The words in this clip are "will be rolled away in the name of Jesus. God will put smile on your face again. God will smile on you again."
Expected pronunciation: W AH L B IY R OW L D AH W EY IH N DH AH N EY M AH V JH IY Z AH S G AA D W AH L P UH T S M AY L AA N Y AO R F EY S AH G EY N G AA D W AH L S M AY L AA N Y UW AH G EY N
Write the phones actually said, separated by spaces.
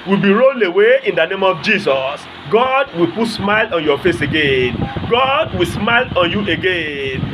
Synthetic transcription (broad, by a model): W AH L B IY R OW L AH W EY IH N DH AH N EY M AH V JH IY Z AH S G AA D W AH L P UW T S M AY L AA N Y AO F EY S AH G EY N G AA D W AH L S M AY L AA N Y UW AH G EY N